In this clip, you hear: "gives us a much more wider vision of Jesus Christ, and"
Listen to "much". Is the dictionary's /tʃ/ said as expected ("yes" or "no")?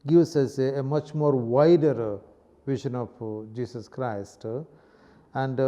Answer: yes